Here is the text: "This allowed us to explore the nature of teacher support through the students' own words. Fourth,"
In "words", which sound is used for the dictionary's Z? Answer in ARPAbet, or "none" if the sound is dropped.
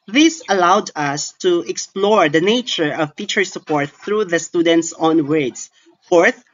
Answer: S